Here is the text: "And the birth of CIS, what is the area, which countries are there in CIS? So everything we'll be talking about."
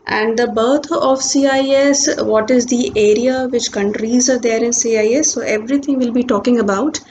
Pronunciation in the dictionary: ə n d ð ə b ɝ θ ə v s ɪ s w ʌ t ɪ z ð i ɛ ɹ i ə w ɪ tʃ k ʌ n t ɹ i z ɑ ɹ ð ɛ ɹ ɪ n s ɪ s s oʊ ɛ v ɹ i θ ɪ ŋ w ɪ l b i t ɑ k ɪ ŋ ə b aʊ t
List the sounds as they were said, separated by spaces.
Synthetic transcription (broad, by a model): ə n d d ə b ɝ t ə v s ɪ s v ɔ t ɪ z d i ɛ ɹ i ə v ɪ tʃ k ʌ n t ɹ i z ɑ ɹ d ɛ ɹ ɪ n s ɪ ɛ s oʊ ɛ v ɹ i t ɪ ŋ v ɪ l b i t ɑ k ɪ ŋ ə b aʊ t